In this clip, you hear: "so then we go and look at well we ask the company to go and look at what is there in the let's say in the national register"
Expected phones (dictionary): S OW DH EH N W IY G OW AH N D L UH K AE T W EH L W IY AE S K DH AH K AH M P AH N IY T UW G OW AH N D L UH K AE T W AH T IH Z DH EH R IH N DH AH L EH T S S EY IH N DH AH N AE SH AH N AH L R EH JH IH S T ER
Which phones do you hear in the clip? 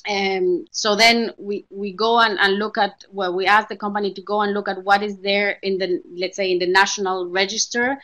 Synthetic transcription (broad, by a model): S OW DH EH N W IY G OW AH N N L UH K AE T W EH L W IY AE S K DH AH K AH M P AH N IY T UW G OW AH N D L UH K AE T W AH T IH Z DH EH R IH N DH AH L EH T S S EY IH N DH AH N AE SH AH N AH L R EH JH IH S T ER